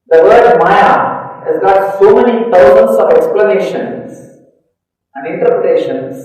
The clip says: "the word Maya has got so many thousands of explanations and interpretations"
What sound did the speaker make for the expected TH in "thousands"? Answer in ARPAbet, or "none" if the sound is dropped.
T